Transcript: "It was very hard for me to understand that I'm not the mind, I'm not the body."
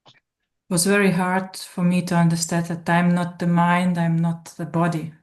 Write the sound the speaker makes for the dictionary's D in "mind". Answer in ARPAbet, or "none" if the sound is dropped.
D